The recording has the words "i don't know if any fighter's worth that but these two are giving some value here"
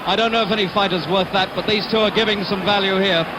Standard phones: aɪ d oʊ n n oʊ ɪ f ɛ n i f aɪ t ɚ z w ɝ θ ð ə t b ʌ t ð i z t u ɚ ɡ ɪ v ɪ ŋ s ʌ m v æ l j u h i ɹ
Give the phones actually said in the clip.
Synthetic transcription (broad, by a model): aɪ d oʊ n n oʊ ɪ f ɛ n i f aɪ t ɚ z w ɝ θ ð ə t b ʌ t ð i z t u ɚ ɡ ɪ v ɪ ŋ s ʌ m v æ l j u h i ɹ